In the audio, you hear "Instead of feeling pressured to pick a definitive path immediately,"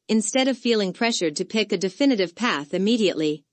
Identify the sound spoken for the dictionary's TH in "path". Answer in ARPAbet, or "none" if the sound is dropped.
TH